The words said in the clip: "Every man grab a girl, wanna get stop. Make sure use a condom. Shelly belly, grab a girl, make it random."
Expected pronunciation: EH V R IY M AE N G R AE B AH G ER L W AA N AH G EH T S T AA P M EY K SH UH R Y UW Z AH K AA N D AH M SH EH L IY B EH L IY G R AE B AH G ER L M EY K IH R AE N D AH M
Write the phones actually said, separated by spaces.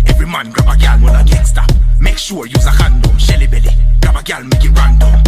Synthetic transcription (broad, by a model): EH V R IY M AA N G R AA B AH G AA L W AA L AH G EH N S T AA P M EY K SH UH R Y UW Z AH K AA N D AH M SH EH L IY B EH L IY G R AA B AH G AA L M EY K IH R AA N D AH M